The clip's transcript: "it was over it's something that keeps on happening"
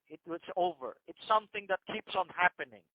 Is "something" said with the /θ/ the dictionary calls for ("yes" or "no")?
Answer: yes